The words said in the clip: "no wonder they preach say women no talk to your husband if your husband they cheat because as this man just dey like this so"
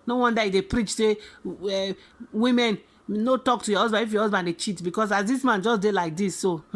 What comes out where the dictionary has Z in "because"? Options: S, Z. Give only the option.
S